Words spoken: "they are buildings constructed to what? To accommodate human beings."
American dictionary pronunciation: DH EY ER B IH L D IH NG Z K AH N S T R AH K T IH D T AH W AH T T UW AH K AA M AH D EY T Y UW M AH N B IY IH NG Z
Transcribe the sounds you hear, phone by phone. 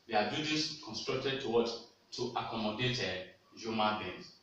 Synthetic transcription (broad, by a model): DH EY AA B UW D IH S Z K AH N S T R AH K T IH D T AH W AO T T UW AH K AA M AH D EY T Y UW M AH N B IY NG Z